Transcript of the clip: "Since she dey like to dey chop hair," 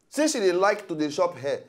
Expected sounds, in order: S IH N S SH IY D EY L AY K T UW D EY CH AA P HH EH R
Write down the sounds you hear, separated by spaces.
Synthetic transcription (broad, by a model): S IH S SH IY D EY L AY K T UW D EY SH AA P HH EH